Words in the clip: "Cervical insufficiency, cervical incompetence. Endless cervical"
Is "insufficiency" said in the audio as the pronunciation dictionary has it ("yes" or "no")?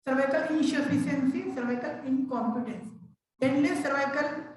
no